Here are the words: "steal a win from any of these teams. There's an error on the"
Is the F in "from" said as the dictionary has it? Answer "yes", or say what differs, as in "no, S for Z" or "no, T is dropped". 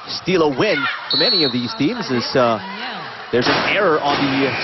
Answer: yes